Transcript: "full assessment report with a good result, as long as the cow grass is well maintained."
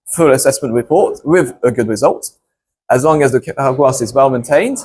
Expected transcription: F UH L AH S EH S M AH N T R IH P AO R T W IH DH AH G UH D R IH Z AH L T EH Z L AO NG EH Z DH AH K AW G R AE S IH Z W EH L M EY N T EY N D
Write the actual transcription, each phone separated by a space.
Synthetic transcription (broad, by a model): F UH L AH S EH S M AH N T R IH P AO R T W IH DH AH G UH D R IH Z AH L T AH Z L AO NG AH Z DH AH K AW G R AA S IH Z W EH L M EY N T EY N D